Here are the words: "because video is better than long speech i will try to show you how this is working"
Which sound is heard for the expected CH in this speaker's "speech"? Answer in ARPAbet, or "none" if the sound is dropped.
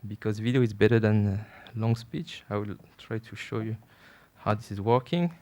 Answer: CH